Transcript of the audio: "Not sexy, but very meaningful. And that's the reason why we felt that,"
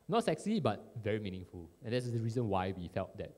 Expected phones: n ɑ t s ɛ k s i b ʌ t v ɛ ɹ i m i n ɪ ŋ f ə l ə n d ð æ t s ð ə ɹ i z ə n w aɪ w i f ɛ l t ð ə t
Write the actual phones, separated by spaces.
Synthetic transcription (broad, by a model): n ɑ t s ɛ k s i b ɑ t v ɛ ɹ i m i n ɪ ŋ f ə l ə n d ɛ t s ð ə ɹ i z ə n w aɪ w i f ɛ l t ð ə t